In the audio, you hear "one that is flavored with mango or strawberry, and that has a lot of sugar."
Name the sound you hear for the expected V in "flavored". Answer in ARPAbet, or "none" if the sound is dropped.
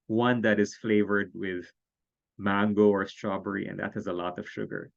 V